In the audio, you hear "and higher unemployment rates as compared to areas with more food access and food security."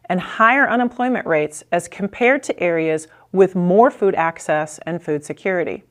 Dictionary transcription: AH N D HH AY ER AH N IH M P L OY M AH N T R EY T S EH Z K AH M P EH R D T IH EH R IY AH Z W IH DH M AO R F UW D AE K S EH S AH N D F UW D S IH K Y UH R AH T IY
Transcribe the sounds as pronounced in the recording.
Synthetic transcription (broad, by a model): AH N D HH AY ER AH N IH M P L OY M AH N T R EY T S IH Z K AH M P EH R D T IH EH R IY AH Z W IH DH M AO R F UW D AE K S EH S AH N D F UW D S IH K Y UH R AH T IY